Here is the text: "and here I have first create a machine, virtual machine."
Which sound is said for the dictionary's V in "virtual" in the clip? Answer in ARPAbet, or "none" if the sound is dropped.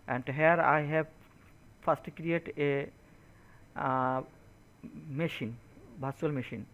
B